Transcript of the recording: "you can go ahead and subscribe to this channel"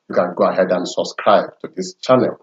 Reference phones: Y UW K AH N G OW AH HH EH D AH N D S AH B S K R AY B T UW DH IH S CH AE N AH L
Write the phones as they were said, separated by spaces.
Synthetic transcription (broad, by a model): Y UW K AH N G OW AH HH EH D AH N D S AH B S K R AY B T UW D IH S CH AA N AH L